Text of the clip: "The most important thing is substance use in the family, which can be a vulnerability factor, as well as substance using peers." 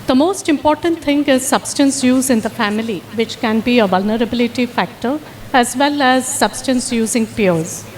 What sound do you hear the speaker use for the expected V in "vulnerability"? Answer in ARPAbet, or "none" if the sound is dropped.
V